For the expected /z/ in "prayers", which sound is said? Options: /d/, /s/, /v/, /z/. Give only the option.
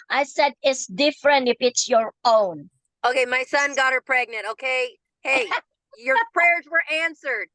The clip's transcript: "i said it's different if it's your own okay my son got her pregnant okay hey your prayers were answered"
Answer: /z/